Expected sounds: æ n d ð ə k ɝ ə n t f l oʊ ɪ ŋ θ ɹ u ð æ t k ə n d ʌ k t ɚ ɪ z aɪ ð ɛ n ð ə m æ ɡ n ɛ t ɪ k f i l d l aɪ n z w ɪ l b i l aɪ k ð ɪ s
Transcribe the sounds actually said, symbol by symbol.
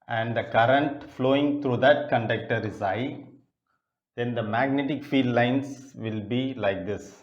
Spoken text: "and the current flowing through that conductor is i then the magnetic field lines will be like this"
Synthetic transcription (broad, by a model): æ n d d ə k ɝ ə n t f l oʊ ɪ ŋ t ɹ u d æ t k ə n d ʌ k t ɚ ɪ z aɪ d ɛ n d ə m æ ɡ n ɛ t ɪ k f i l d l aɪ n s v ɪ l b i l aɪ k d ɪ s